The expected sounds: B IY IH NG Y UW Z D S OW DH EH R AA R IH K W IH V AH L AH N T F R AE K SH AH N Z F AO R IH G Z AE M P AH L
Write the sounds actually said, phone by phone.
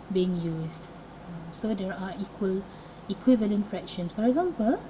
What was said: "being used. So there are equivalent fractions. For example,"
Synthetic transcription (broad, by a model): B IY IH NG Y UW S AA S OW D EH R AA L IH K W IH V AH L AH N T F R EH K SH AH N S F AO R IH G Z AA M P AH L